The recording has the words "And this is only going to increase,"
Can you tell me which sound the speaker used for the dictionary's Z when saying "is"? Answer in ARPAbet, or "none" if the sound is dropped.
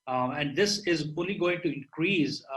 Z